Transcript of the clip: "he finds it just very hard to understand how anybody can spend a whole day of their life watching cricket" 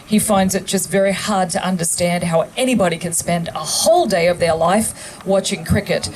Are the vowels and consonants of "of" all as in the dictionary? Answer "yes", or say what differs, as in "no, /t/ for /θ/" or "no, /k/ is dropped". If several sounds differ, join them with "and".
yes